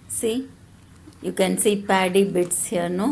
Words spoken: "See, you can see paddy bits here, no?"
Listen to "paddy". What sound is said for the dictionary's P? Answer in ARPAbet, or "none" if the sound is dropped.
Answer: P